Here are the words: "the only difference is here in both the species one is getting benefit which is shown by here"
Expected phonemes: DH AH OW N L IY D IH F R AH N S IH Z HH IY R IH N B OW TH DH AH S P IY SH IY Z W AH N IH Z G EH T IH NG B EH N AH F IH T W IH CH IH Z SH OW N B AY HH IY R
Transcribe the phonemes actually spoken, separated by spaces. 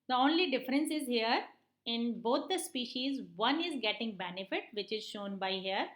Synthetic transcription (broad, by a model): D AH OW N L IY D IH F R AH N S IH Z HH IY R IH N B OW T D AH S P IY SH IY Z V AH N IH Z G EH T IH NG B EH N AH F IH T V IH CH IH Z SH OW N B AY HH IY R